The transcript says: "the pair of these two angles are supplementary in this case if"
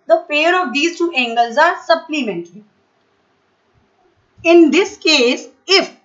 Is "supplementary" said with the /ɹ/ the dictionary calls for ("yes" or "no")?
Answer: no